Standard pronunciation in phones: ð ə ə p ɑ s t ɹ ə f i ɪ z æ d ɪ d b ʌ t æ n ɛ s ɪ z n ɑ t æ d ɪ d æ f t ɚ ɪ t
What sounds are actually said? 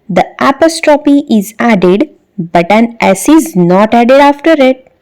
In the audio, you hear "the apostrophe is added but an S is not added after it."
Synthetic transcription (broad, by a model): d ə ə p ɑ s t ɹ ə p i ɪ z æ d ɪ d b ʌ t æ n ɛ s ɪ z n ɑ t æ d ɪ d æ f t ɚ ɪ t